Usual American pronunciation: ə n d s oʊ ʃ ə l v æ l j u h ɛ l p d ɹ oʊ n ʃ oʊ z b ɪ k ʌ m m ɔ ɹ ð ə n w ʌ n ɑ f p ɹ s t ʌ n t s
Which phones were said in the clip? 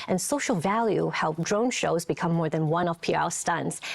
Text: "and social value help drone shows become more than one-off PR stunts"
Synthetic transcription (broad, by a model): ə n s oʊ ʃ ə l v æ l j u h ɛ l p d ɹ oʊ n ʃ oʊ z b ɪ k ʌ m m ɔ ɹ ð ə n w ʌ n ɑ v p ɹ s t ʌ n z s